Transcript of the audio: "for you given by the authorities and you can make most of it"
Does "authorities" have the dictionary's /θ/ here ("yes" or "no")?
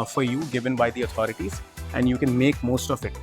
no